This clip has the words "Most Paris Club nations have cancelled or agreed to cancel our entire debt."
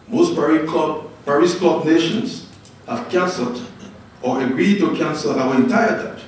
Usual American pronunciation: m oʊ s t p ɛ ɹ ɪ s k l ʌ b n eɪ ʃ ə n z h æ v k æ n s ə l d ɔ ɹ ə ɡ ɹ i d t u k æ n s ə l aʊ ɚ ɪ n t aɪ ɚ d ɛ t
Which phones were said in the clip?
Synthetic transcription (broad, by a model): m oʊ s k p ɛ ɹ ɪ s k ɔ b n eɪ ʃ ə n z h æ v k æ n s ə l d ɔ ɹ ə ɡ ɹ i d t u k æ n s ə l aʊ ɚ ɪ n t aɪ ɚ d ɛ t